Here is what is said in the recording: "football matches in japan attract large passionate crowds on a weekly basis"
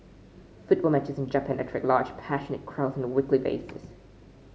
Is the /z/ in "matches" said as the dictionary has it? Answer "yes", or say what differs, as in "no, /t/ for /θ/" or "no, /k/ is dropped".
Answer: yes